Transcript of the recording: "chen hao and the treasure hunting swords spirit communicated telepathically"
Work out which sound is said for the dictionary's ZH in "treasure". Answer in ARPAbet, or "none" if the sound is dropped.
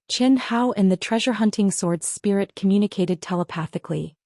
ZH